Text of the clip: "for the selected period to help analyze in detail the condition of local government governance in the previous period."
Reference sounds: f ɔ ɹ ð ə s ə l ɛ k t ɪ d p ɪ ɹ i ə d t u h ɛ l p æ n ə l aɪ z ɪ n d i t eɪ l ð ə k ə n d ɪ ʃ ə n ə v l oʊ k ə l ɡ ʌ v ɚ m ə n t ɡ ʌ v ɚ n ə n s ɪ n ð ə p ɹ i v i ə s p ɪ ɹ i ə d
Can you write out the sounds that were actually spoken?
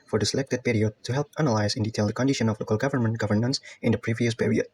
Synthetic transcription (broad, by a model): f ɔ ɹ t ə s ə l ɛ k t ɪ d p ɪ ɹ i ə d t u h ɛ l p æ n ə l aɪ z ɪ n d i t eɪ l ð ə k ə n d ɪ ʃ ə n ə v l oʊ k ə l ɡ ʌ v ɚ m ə n t ɡ ʌ v ɚ n ə n s ɪ n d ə p ɹ i v i ə s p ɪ ɹ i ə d